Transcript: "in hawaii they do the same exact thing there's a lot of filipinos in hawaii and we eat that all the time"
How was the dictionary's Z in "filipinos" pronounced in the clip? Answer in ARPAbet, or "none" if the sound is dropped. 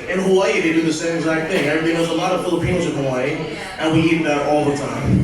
none